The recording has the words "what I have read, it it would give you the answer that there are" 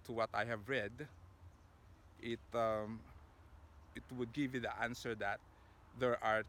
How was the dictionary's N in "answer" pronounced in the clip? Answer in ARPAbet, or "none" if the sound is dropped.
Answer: N